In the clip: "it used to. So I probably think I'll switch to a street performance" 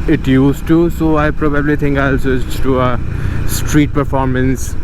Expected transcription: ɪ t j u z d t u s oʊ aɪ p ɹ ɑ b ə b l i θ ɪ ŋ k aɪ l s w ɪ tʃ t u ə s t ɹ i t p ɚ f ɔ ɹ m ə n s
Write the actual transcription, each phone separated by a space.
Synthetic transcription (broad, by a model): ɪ t j u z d t u s oʊ aɪ p ɹ ɑ b ə b l i t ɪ ŋ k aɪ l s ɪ s t u ə s t ɹ i t p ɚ f ɔ ɹ m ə n s